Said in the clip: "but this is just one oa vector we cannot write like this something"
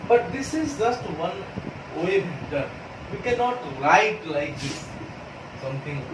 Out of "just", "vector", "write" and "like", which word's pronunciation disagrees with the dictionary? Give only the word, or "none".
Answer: vector